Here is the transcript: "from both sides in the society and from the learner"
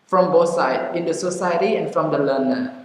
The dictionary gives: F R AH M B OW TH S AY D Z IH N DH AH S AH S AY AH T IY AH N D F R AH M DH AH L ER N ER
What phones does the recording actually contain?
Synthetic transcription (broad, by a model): F R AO M B OW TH S AY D IH N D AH S AH S AY AH T IY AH N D F R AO M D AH L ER N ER